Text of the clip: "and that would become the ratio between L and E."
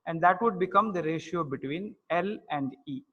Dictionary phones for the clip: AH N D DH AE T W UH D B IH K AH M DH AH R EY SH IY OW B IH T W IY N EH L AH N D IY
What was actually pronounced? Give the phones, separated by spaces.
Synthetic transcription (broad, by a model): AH N D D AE T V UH D B IH K AH M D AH R EY SH IY OW B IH T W IY N EH L AH N D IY